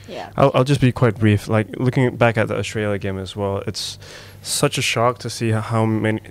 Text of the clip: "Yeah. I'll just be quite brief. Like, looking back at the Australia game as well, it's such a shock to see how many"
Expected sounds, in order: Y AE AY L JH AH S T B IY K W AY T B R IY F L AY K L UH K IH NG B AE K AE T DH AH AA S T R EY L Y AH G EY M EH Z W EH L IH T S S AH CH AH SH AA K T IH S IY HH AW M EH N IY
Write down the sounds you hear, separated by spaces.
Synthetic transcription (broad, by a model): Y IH AY L JH AH S B IY K W AY T B R IY F L AY K L UH K IH NG B AE K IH T DH AH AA T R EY L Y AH G EY M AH Z W EH L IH T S S AH CH AH SH AA K T IH S IY HH AW M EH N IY